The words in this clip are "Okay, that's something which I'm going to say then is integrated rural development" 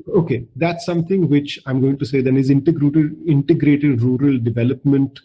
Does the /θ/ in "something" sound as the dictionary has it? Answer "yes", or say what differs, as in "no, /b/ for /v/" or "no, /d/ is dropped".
no, /t/ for /θ/